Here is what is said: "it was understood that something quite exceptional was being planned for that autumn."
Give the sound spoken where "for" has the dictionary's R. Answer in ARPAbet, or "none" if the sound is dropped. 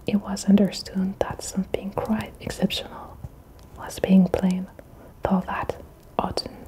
L